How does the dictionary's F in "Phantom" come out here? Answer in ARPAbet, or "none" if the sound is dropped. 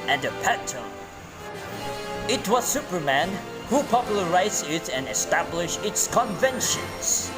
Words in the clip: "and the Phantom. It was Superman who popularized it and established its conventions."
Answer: P